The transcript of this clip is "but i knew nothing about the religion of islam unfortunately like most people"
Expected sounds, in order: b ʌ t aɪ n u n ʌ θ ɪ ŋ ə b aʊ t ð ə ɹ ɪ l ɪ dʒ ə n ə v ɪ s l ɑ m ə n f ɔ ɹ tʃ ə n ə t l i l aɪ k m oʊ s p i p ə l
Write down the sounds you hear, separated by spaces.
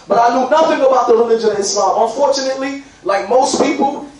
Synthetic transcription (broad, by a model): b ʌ t aɪ n u n ʌ θ ɪ ŋ ə b aʊ t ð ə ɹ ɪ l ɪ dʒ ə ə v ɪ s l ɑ ə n f ɔ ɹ tʃ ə n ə t l i l aɪ k m oʊ s p i p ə l